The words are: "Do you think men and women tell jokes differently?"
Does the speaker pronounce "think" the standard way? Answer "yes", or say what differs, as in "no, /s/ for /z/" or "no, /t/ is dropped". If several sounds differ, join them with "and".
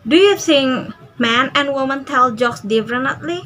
no, /s/ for /θ/